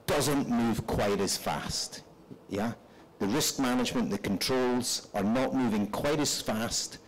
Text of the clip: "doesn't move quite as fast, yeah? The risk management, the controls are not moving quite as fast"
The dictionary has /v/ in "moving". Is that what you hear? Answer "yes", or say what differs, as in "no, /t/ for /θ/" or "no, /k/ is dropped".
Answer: yes